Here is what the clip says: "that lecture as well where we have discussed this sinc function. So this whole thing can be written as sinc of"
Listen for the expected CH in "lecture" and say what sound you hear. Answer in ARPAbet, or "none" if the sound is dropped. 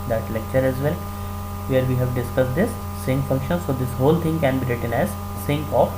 CH